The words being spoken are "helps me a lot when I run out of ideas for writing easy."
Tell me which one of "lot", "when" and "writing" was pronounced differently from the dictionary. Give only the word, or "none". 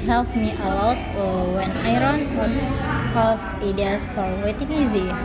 writing